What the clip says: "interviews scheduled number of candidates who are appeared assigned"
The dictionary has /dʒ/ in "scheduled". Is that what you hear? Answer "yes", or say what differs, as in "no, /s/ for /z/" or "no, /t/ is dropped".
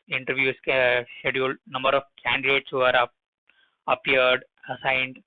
no, /ʃ/ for /dʒ/